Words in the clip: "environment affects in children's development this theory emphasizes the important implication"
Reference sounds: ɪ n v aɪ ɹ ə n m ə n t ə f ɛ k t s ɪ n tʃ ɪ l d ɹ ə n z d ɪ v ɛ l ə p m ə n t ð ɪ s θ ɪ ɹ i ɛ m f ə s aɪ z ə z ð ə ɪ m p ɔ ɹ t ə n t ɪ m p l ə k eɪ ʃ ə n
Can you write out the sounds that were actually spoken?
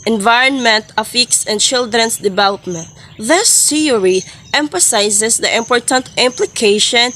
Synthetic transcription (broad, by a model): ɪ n v aɪ ɹ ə n m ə n t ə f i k s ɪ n tʃ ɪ l d ɹ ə n s d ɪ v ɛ l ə p m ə n t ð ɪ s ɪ ɹ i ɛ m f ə s aɪ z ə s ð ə ɪ m p ɔ ɹ t ə n t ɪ m p l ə k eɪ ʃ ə n